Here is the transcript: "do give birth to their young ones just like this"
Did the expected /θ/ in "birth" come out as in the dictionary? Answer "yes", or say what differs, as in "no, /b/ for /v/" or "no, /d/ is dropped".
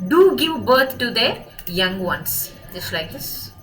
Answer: no, /t/ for /θ/